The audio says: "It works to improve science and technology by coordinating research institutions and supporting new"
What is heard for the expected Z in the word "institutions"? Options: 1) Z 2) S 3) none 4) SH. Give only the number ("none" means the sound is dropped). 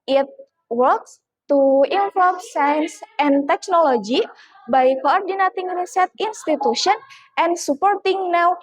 3